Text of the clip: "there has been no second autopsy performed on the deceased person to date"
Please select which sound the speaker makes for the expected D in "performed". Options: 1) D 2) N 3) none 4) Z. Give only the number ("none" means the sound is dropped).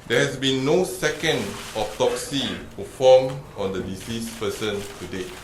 3